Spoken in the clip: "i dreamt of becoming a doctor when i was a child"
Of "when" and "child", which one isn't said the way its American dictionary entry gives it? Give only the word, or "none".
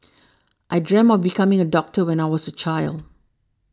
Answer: none